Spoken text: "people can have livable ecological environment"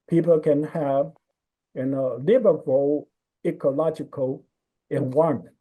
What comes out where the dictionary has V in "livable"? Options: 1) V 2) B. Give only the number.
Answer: 2